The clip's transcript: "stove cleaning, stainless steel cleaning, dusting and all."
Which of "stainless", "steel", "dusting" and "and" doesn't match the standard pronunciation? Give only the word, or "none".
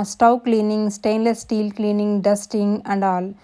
none